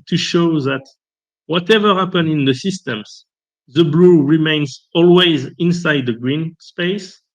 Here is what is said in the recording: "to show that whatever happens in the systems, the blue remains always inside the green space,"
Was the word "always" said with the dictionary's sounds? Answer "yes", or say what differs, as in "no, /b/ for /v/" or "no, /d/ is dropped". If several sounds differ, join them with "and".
yes